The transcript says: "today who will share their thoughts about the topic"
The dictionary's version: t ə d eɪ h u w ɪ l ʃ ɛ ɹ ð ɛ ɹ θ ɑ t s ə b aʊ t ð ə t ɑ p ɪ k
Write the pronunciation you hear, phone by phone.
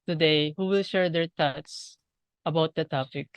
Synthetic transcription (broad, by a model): t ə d eɪ h u w ɪ l ʃ ɛ ɹ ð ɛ ɹ t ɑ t s ə b aʊ t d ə t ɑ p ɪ k